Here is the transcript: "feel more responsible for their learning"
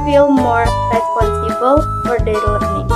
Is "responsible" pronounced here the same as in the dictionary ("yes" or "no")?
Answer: no